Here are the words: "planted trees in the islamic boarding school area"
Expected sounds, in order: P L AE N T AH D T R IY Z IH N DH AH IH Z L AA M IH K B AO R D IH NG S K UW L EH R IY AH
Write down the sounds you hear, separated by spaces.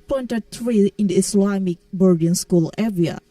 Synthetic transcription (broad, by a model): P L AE N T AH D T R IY IH N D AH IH S L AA M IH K B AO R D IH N S K UW L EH R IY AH